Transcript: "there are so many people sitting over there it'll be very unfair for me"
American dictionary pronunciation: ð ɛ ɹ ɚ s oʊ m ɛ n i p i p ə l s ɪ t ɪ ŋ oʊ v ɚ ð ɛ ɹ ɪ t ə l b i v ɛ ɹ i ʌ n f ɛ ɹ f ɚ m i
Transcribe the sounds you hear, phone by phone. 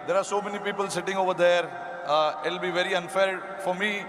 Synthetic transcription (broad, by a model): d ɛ ɹ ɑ s oʊ m ɛ n i p i p ə l s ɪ t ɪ ŋ oʊ v ɚ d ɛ ɹ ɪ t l b i v ɛ ɹ i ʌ n f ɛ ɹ f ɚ m i